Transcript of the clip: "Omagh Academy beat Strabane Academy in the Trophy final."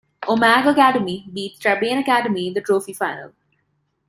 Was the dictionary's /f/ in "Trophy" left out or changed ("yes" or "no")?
no